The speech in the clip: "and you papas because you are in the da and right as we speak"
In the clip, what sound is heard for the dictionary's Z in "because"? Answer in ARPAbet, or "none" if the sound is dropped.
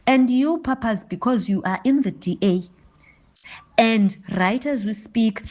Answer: Z